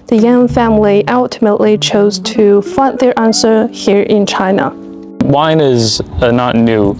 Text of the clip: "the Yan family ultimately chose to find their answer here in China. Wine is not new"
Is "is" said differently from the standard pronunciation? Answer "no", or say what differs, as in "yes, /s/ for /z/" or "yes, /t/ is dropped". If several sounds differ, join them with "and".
no